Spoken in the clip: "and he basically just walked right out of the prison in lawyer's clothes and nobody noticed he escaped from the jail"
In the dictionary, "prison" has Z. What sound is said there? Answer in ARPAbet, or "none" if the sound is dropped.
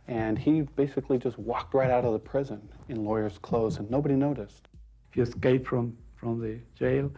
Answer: Z